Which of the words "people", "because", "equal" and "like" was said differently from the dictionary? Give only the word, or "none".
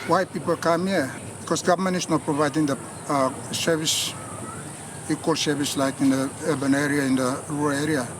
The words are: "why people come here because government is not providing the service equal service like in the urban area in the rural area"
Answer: because